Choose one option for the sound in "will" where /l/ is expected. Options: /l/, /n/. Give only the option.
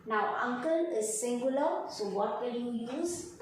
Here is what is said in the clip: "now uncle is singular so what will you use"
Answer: /n/